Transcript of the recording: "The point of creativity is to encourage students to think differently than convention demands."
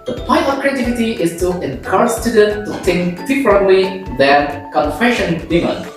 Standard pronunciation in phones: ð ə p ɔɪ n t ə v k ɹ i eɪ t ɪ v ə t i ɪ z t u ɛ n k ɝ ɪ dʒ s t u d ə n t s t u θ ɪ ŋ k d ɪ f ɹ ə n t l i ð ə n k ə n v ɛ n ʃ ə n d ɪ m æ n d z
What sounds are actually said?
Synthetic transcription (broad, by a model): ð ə p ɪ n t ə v k ɹ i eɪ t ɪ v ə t i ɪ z t u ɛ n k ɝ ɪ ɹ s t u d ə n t t u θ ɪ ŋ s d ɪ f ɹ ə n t l i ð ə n k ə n f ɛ ʃ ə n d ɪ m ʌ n